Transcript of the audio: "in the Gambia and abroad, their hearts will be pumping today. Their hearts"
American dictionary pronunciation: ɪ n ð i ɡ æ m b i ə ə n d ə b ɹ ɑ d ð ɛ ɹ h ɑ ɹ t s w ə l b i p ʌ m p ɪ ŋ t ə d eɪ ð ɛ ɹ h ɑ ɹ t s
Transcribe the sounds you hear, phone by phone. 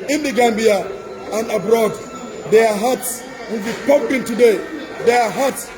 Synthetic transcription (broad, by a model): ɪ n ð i ɡ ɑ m b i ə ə n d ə b ɹ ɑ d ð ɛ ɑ h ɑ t s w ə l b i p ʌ p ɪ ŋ t ə d eɪ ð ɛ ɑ h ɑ t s